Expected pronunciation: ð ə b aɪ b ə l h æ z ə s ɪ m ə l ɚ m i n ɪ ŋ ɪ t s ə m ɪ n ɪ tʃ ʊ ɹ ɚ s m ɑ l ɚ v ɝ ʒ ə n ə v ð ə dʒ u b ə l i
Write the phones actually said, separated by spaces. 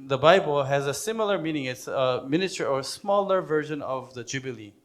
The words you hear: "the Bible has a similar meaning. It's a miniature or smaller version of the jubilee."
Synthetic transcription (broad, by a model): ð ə b aɪ b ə l h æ z ə s ɪ m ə l ɚ m i n ɪ ŋ ɪ t s ə m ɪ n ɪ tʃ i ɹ ɚ s m ɑ l ɚ v ɝ ʒ ə n ə v ð ə dʒ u b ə l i